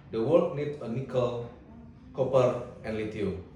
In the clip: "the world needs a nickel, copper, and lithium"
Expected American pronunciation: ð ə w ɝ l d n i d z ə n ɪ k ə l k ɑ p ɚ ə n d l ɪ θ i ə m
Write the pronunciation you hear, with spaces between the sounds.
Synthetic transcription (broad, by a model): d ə w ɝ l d n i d ə n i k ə l k ɑ p ɚ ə n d l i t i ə